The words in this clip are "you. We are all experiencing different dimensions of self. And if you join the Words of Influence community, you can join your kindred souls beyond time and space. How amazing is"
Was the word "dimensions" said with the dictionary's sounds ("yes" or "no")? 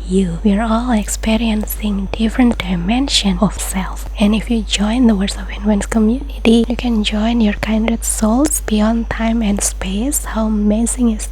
no